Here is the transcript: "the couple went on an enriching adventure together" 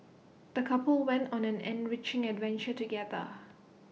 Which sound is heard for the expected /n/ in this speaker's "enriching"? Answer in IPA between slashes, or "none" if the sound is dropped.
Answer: /n/